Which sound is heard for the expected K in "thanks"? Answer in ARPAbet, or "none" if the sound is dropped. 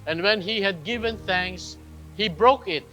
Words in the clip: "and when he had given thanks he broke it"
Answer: K